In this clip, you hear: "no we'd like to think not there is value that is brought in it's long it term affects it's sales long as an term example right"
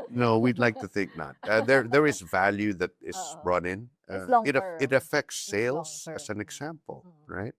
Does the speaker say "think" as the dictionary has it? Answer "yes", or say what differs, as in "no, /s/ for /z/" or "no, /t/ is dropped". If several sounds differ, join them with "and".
yes